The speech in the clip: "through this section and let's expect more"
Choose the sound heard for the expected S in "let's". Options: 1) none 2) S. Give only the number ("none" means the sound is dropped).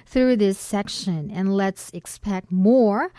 2